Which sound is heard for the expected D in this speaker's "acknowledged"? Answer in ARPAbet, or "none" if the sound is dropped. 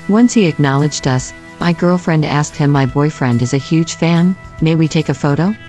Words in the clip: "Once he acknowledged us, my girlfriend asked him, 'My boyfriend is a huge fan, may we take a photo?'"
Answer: D